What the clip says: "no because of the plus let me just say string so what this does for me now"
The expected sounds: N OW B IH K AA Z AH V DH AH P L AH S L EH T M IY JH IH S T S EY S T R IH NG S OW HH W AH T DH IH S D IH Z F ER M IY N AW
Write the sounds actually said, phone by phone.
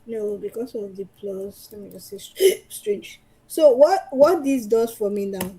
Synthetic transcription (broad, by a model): N OW B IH K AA S AH V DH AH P L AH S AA M IY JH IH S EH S S T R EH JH S OW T W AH T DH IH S D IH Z F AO M IY N AW